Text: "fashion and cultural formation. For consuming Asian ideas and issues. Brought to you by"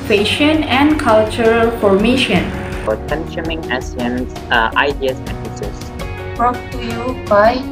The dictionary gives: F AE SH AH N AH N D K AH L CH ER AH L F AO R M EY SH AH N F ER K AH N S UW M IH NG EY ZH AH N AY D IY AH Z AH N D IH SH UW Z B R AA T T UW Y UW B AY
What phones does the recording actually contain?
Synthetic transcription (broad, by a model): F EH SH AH N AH N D K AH L CH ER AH L F AO R M EY SH AH N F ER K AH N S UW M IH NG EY S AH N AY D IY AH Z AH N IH S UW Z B R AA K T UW Y UW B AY